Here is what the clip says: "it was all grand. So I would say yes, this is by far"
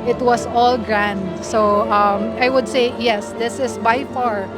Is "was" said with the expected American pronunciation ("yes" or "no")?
no